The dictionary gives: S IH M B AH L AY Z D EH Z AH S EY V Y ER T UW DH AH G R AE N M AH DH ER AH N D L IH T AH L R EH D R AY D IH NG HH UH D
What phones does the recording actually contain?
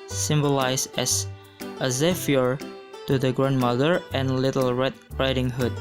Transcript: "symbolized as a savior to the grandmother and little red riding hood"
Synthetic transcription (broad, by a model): S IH M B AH L AY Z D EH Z AH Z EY F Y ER T UW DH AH G R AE N M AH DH ER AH N L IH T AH L R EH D R AY D IH NG HH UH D